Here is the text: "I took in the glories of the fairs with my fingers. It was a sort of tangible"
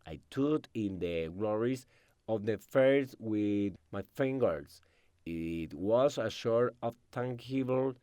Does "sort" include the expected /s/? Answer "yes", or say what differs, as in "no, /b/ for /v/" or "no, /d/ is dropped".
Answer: no, /ʃ/ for /s/